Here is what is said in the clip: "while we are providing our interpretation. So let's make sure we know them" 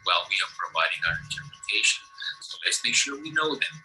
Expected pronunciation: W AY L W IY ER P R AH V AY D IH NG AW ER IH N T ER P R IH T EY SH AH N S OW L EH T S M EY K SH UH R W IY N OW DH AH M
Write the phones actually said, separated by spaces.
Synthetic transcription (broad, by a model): W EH L W IY ER P R AH V AY D IH NG AW ER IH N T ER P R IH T EY SH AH N S OW L EH T S M EY K SH UH R W IY N OW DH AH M